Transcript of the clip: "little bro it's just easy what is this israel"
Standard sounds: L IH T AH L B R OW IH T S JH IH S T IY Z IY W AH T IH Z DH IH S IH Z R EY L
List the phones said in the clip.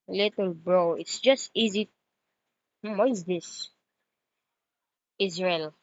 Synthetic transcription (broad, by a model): L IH T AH L B R OW IH T S JH IH S T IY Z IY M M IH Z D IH S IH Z R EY L